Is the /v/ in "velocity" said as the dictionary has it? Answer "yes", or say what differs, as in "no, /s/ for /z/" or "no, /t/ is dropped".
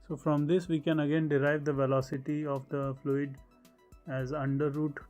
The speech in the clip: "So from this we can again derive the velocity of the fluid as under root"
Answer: yes